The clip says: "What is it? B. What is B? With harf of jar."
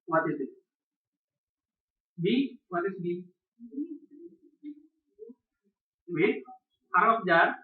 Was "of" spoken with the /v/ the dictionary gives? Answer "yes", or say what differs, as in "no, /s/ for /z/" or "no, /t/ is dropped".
no, /p/ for /v/